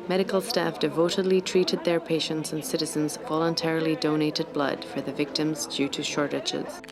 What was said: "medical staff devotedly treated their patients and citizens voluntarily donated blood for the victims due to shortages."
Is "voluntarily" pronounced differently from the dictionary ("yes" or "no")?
no